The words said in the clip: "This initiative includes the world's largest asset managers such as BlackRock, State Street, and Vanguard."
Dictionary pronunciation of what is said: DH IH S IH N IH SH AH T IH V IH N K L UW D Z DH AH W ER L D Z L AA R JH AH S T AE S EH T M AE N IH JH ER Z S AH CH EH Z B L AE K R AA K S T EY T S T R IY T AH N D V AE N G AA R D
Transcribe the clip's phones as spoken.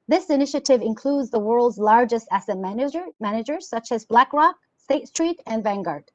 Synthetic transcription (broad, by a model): DH IH S IH N IH SH AH T IH V IH N K L UW D Z DH AH W ER L D Z L AA R JH AH S T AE S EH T M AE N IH JH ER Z S AH CH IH Z B L AE K R AA K S T EY T S T R IY T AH N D V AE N G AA R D